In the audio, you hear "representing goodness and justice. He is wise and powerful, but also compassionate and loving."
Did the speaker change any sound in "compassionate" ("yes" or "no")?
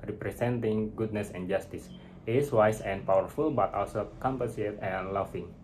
yes